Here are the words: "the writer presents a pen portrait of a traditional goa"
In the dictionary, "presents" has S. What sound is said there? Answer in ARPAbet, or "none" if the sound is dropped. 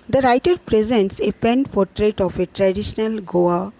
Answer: S